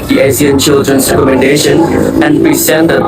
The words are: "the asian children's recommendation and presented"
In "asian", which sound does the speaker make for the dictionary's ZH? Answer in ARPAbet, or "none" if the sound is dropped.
S